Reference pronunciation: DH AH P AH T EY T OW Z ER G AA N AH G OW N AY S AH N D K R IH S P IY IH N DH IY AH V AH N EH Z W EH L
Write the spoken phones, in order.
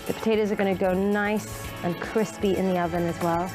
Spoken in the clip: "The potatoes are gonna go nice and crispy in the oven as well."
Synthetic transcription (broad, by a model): DH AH P AH T EY T OW Z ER G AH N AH G OW N AY S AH N K R IH S P IY IH N DH IY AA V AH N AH Z W EH L